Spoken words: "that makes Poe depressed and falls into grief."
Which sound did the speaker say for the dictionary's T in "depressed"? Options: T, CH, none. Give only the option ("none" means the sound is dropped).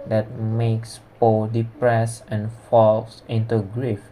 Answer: none